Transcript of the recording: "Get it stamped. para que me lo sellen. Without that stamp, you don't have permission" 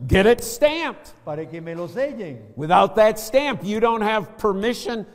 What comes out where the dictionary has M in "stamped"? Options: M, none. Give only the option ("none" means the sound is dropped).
M